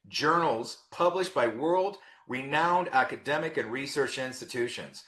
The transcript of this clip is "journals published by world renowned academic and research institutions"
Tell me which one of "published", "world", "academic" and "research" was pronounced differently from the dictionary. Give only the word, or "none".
none